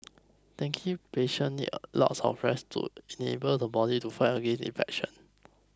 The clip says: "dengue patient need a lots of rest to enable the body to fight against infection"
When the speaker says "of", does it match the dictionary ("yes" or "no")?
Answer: no